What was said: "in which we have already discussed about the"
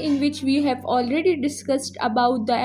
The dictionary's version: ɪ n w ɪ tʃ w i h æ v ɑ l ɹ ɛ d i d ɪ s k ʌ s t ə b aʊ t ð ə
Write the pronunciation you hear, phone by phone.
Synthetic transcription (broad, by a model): ɪ n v ɪ tʃ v i h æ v ɑ l ɹ ɛ d i d ɪ s k ʌ s t ə b aʊ t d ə